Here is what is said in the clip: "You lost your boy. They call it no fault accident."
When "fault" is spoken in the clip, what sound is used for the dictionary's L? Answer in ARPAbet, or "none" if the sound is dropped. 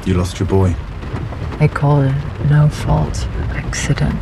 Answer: L